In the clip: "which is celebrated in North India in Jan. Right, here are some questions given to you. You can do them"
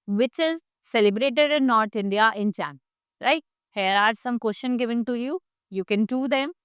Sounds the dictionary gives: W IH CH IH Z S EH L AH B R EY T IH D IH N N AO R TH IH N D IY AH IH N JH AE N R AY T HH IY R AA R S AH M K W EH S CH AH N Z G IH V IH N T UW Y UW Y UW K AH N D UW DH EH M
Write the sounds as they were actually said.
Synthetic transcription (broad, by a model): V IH CH IH Z S EH L AH B R EY T IH D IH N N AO R T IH N D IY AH IH N CH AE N R AY T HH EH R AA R S AH M K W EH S SH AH N G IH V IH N T UW Y UW Y UW K AH N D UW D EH M